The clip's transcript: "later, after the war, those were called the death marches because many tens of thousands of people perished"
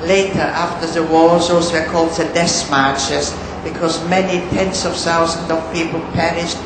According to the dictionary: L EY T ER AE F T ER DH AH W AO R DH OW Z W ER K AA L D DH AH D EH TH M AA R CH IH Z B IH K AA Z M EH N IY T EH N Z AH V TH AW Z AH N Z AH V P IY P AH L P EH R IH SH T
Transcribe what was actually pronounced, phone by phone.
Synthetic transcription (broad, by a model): L EY T ER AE F T ER DH AH W AO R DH OW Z W ER K AA L D DH AH D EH S M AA R CH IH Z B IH K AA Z M EH N IY T EH N S AH V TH AW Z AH N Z AH V P IY P AH L P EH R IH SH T